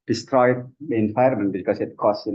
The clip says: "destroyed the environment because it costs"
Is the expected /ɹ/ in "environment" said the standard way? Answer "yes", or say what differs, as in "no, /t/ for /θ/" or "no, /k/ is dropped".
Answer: no, /ɹ/ is dropped